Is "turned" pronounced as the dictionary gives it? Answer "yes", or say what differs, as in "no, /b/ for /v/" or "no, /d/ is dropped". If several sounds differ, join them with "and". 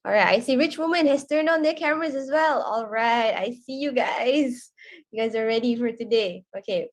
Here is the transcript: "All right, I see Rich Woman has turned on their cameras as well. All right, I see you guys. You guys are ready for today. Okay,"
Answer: yes